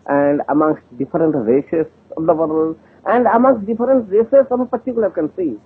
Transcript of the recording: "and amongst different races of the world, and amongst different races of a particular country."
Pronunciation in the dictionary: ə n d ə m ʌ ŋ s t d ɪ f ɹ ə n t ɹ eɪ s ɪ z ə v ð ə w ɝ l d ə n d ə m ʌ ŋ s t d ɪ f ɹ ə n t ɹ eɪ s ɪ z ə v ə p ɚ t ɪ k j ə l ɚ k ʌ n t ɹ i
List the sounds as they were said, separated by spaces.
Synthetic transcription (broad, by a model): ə n d ə m ʌ ŋ s t d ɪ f ɹ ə n t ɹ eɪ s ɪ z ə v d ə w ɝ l ə n d ə m ʌ ŋ s t d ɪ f ɹ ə n t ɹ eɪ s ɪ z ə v ə p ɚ t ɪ k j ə l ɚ k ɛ n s i